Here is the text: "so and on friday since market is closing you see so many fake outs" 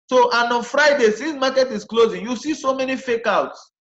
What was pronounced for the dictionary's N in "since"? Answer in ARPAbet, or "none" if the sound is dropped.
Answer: none